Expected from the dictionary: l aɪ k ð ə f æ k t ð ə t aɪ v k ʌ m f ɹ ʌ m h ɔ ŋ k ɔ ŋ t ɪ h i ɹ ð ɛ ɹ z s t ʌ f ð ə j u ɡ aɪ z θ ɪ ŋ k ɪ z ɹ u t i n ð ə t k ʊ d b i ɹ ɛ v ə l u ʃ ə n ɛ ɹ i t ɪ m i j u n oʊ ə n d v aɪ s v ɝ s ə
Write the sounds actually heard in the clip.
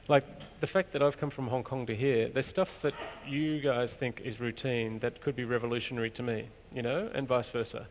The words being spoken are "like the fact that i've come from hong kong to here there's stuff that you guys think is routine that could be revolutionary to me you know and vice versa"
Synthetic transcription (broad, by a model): l aɪ k ð ə f æ k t ð ə t aɪ v k ʌ m f ɹ ʌ m h ɔ ŋ k ɔ ŋ t ɪ h i ɹ ð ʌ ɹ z s t ʌ f ð ə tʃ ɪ ɡ aɪ z θ ɪ ŋ k ɪ z ɹ u t i n ð ə t k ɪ d b i ɹ ɛ v ə l u ʃ ə n ɛ ɹ i t ɪ m i j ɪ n oʊ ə n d v aɪ s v ɝ s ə